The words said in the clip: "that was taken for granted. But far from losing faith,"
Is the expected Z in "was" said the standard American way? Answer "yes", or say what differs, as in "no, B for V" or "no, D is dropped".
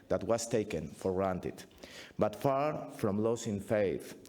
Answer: no, S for Z